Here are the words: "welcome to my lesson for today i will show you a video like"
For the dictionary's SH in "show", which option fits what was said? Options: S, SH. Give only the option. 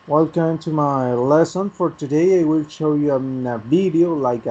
SH